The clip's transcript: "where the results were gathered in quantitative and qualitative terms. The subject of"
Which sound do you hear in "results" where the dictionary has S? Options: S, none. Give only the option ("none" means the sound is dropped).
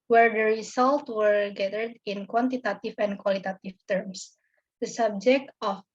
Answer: none